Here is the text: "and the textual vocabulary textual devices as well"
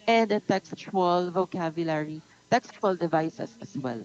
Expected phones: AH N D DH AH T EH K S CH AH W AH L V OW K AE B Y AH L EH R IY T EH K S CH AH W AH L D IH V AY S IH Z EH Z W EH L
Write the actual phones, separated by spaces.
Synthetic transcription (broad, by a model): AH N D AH T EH K S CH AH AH L V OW K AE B Y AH L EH R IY T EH K S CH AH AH L D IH V AY S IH S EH S W EH L